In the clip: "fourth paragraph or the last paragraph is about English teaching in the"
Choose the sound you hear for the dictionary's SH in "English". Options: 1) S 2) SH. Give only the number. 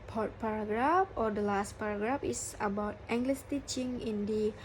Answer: 1